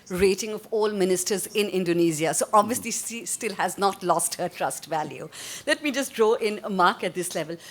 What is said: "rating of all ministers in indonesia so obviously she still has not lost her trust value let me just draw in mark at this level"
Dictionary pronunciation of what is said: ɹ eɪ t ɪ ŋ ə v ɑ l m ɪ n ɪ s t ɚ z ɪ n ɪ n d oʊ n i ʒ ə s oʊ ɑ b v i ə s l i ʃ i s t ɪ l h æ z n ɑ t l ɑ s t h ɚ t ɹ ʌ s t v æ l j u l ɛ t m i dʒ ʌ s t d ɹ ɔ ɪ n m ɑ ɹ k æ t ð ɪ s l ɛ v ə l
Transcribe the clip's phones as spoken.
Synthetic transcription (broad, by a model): ɹ eɪ t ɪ ŋ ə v ɑ l m ɪ n ɪ s t ɚ z ɪ n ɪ n d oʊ n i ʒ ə s oʊ ɑ b v i ə s l i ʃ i s t ɪ l h æ z n ɑ t l ɑ s t h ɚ t ɹ ʌ s t v æ l j u l ɛ t m i dʒ ʌ s t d ɹ ɔ ɪ n m ɑ ɹ k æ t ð ɪ s l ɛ v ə l